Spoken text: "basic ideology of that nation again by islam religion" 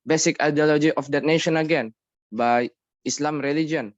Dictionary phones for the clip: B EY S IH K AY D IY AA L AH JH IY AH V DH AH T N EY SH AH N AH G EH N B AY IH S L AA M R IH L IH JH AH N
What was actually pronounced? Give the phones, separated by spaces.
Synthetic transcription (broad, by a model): B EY S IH K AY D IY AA L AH JH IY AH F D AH T N EY SH AH N AH G EH N B AY IH S L AA M R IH L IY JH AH N